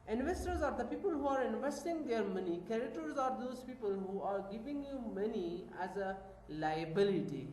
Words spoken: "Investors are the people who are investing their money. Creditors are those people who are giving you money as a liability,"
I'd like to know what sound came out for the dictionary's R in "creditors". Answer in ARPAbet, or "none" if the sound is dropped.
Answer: none